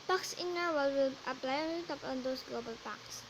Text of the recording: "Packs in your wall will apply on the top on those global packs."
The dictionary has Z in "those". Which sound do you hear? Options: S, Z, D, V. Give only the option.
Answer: S